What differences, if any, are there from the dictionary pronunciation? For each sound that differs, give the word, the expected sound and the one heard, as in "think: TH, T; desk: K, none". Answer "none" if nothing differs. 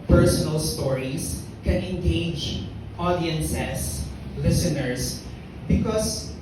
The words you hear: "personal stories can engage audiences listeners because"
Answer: stories: Z, S; audiences: Z, S; listeners: Z, S